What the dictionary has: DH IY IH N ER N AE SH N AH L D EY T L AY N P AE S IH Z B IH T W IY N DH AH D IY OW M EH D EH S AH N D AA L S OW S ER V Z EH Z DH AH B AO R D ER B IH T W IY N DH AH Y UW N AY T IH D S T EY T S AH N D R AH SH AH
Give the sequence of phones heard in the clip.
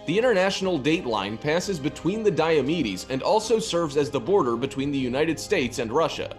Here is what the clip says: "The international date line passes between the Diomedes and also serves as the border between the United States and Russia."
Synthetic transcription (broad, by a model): DH IY IH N ER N AE SH N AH L D EY T L AY N P AE S IH Z B IH T W IY N DH AH D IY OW M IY D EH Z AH N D AA L S OW S ER V Z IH Z DH AH B AO R D ER B IH T W IY N DH AH Y UW N AY T IH D S T EY T S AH N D R AH SH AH